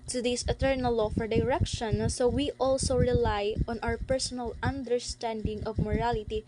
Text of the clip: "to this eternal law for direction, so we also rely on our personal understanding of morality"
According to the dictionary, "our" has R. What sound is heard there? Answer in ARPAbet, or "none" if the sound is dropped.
W